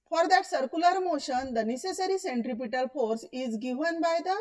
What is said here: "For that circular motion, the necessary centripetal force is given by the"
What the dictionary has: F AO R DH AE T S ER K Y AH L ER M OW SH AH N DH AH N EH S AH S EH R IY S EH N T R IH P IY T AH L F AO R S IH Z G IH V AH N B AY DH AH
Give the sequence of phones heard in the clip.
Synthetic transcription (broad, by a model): F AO R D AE T S ER K Y AH L ER M OW SH AH N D AH N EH S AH S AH R IY S EH N T R IH P IY T AH L F AO R S IH Z G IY V AH N B AY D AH